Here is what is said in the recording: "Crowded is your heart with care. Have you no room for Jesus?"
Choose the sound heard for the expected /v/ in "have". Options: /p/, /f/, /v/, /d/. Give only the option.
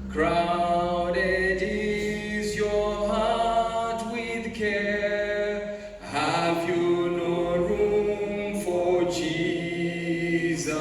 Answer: /v/